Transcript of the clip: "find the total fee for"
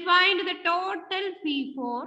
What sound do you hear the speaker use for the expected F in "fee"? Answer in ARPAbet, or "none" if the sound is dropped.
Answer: P